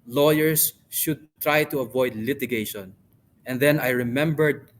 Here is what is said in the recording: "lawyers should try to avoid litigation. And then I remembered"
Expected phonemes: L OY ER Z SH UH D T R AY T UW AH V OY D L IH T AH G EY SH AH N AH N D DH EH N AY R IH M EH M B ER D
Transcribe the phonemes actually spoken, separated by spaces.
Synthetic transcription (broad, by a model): L OY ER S SH UH D T R AY T UW AH V OY D L IH T AH G EY SH AH N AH N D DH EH N AY R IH M EH M B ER D